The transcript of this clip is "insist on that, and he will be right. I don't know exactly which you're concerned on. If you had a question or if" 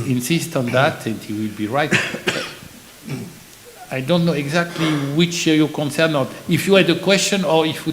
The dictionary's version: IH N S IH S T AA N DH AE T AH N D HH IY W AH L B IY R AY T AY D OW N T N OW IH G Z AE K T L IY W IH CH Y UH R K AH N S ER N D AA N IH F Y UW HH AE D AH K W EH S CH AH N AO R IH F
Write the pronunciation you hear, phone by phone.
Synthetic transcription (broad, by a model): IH N S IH S T AA N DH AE T AH N D HH IY W AH L B IY R AY T AY D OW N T N OW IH G Z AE K T L IY W IH CH Y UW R K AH N S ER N AA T IH F Y UW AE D AH K W EH S CH AH N AO R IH F